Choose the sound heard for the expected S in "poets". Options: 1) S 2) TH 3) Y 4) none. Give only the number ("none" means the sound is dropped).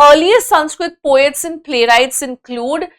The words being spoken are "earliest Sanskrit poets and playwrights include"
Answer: 1